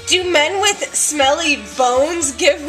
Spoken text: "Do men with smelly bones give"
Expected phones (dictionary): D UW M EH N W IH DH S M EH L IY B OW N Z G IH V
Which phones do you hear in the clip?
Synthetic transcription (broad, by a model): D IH M EH N W IH DH S M EH L IY B OW N Z G IH V